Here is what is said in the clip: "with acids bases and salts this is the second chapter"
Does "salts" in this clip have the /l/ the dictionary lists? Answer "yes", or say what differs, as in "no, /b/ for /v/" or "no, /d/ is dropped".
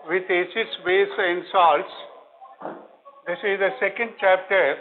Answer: yes